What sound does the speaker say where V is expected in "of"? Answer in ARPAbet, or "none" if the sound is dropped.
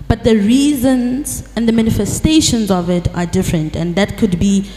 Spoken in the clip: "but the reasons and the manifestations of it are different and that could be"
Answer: V